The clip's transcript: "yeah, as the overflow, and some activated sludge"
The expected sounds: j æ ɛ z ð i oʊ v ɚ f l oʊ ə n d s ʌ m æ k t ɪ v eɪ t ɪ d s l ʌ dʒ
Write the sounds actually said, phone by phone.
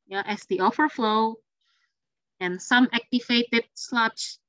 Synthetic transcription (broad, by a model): j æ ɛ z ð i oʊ f ɚ f l oʊ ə n s ʌ m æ k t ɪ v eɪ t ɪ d s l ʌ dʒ